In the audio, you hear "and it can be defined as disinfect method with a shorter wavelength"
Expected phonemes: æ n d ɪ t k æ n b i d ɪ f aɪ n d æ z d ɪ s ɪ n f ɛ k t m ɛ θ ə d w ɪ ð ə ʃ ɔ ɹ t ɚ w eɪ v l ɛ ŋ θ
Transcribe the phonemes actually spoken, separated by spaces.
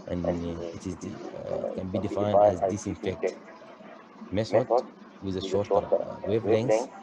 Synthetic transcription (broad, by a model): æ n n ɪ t k æ n b i d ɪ f aɪ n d æ z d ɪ s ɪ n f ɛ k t m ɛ s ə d w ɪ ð ə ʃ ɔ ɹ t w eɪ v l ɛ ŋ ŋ